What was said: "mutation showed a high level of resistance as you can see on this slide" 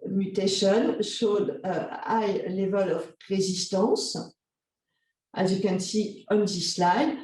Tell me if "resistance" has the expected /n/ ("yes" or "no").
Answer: no